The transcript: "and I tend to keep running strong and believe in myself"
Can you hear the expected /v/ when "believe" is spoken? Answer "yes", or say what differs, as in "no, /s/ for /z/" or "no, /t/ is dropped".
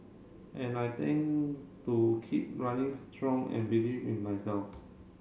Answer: no, /w/ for /v/